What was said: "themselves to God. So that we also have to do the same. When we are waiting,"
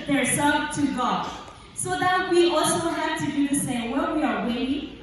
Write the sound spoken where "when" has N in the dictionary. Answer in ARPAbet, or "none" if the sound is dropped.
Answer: L